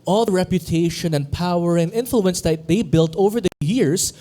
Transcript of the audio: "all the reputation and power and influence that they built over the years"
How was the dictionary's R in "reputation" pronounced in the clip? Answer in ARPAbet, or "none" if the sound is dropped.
R